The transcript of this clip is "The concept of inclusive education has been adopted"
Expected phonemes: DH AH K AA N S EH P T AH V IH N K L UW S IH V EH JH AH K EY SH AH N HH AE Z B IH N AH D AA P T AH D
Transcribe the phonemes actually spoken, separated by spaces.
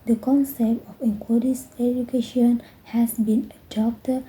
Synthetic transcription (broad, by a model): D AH K AA N S EH P T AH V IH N K W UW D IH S EH JH AH K EY SH AH N HH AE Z B IH N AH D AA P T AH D